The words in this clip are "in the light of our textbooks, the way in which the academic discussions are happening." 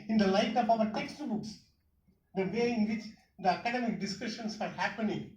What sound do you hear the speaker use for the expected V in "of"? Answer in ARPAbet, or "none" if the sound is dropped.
P